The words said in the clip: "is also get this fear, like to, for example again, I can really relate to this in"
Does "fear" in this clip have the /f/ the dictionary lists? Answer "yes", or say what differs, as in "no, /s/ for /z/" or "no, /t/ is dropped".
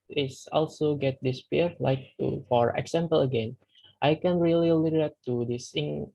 no, /p/ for /f/